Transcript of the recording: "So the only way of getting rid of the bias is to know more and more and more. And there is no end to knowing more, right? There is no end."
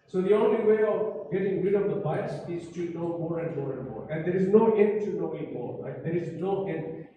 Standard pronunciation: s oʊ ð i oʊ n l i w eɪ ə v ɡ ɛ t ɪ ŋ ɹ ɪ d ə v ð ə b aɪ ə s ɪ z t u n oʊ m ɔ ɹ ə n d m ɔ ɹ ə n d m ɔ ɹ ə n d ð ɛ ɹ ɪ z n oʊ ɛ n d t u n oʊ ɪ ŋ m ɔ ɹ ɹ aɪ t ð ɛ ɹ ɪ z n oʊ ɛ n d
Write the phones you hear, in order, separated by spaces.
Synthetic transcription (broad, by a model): s oʊ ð i oʊ n l i w eɪ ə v ɡ ɛ t ɪ ŋ ɹ ɪ d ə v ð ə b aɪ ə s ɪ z t u n oʊ m ɔ ɹ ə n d m ɔ ɹ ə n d m ɔ ɹ ə n d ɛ ɹ ɪ z n oʊ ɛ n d t u n oʊ ɪ ŋ m ɔ ɹ l aɪ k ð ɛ ɹ ɪ z n oʊ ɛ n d